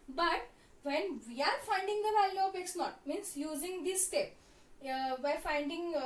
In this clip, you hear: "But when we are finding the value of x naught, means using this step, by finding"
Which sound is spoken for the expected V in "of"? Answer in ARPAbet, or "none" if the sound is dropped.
P